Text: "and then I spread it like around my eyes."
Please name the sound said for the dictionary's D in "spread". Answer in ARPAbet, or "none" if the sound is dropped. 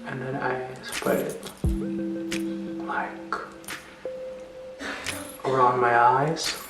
none